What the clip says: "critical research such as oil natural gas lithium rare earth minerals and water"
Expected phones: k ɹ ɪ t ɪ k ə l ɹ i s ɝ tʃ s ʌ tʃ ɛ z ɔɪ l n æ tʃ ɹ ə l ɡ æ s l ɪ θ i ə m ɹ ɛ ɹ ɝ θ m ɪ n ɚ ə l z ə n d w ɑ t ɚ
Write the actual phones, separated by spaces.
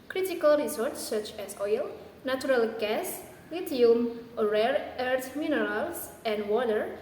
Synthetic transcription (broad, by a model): k ɹ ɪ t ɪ k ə l ɹ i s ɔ s s ʌ tʃ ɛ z ɔɪ l n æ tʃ ɹ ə l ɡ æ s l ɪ t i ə m ɹ ɛ ɹ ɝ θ m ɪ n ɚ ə l s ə n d w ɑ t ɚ